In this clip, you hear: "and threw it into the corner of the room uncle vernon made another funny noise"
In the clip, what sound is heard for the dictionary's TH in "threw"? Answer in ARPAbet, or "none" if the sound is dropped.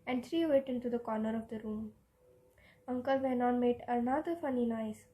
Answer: T